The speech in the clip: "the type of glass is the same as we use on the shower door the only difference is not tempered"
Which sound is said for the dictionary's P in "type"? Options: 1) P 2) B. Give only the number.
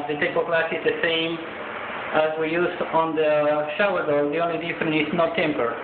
2